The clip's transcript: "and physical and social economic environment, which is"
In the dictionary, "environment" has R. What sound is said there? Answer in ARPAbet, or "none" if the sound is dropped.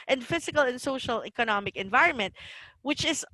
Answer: R